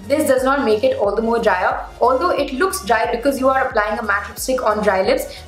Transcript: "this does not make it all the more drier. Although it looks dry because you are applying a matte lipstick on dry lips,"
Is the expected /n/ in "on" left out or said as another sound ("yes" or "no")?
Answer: no